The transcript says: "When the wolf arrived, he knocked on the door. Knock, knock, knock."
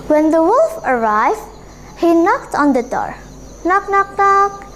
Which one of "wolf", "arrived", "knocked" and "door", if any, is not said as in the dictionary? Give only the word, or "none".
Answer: none